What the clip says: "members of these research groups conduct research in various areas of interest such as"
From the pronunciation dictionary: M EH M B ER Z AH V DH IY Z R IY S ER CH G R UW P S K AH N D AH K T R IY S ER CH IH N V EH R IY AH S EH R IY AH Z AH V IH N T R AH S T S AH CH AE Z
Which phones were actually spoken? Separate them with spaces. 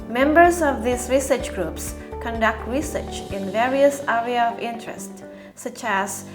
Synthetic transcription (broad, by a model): M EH M B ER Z AH V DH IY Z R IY S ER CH G R UW P S K AH N D AH K T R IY S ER CH IH N V EH R IY AH S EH R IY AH AH V IH N T R AH S T S AH CH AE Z